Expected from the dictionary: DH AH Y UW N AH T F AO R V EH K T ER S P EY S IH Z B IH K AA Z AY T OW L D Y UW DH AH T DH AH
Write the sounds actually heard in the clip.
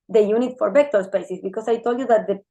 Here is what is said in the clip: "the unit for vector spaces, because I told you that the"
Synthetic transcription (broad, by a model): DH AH Y UW N AH T F AO R B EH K T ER S P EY S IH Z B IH K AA S AY T OW L D Y UW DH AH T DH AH